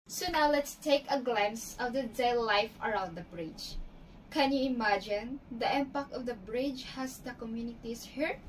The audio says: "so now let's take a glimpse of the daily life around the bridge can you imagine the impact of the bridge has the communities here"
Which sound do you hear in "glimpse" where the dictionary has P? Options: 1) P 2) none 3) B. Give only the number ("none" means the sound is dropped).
2